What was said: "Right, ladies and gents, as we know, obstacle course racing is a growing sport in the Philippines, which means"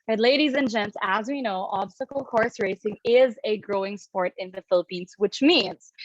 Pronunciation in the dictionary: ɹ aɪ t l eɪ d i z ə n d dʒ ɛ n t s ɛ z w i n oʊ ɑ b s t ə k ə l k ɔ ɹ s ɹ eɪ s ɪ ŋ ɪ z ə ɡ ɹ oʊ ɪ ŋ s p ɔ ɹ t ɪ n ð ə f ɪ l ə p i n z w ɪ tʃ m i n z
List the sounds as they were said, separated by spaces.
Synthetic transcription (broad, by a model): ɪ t l eɪ d i z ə n dʒ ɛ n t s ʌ z w i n oʊ ɑ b s t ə k l k ɔ ɹ s ɹ eɪ s ɪ ŋ ɪ z ə ɡ ɹ oʊ ɪ ŋ s p ɔ ɹ t ɪ n ð ə f ɪ l ə p i n z w ɪ tʃ m i n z